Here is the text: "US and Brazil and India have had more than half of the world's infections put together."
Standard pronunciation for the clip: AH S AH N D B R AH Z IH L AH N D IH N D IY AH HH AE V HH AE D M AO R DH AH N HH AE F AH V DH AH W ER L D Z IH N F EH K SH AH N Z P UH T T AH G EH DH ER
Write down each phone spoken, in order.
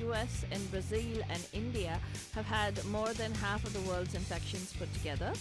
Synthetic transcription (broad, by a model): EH S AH N B R AH Z IH L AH N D IH N D IY AH HH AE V HH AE D M AO R DH AH N HH AE F AH V DH AH W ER L D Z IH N F EH K SH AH N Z P UH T T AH G EH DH ER